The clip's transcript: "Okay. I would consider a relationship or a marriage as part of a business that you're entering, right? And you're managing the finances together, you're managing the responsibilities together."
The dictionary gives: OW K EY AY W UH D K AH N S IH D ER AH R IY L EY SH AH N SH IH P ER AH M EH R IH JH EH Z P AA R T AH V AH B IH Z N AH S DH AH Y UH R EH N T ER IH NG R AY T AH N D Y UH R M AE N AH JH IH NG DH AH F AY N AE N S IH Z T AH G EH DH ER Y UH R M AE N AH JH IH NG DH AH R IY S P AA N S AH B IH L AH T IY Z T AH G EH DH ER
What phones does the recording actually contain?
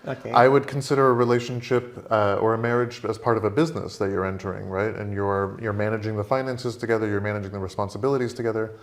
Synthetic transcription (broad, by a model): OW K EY AY W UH D K N S IH D ER AH R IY L EY SH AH N SH IH P ER AH M EH R IH JH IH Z P AA R T AH V AH B IH Z N AH S DH AH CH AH R EH N T ER IH NG R AY T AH N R Y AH R M AE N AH JH IH NG DH AH F AY N AE N S IH Z T AH G EH DH ER Y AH R M AE N AH JH IH NG DH AH R IY S P AA N S AH B IH L AH T IY Z T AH G EH DH ER